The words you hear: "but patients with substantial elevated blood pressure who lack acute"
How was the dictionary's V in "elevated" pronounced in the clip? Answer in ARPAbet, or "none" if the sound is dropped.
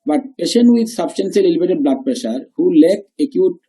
B